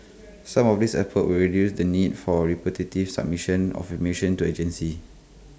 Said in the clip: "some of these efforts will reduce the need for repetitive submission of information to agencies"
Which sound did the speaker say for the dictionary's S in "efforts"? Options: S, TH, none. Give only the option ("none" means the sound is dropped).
none